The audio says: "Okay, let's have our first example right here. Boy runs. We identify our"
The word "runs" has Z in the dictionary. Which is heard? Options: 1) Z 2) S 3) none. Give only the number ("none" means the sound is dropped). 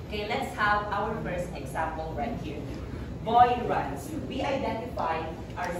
2